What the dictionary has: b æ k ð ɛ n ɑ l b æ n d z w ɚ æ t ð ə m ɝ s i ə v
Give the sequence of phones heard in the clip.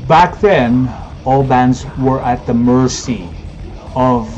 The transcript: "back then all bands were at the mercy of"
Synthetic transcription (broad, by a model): b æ k ð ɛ n ɑ l b æ n d z w ɚ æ t ð ə m ɝ s i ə v